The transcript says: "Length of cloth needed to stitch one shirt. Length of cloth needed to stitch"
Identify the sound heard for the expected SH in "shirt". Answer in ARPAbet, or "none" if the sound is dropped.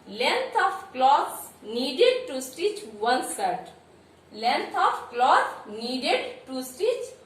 S